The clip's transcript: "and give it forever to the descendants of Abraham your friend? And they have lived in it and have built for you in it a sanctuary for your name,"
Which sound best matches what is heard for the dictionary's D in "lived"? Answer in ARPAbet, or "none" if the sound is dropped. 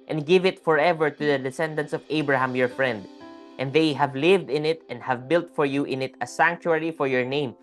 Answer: D